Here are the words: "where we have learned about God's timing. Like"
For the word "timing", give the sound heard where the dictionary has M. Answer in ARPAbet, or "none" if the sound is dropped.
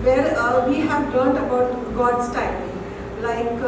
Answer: none